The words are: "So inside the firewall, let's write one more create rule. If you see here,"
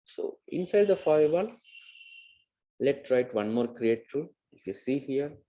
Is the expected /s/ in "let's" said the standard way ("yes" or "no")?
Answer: no